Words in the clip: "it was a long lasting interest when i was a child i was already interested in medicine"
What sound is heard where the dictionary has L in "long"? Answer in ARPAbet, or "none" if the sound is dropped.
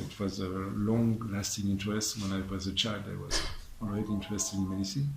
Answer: L